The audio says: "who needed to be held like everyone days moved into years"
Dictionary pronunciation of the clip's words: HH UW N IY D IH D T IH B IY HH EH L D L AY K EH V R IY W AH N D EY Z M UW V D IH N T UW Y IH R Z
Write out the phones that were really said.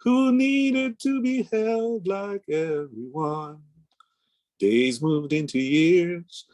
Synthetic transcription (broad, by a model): HH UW N IY D IH D T IH B IY HH EH L D L AY K EH V R IY W AH N D EY Z M UW V D IH N T UW Y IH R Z